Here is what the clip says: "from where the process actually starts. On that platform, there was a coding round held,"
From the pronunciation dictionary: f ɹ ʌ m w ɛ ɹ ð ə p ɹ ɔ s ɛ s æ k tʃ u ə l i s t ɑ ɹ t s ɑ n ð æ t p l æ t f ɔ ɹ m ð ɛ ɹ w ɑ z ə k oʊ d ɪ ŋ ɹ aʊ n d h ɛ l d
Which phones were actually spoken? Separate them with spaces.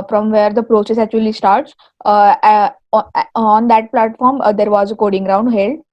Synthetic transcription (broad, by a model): f ɹ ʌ m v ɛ ɹ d ə p ɹ ɔ s ɛ s æ k tʃ u ə l i s t ɑ ɹ t s ɑ n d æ t p l æ t f ɔ ɹ m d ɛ ɹ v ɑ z ə k oʊ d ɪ ŋ ɹ aʊ n d h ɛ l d